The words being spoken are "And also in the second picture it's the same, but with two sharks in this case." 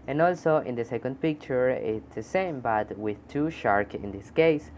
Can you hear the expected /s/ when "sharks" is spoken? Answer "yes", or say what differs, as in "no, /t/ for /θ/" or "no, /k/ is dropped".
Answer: no, /s/ is dropped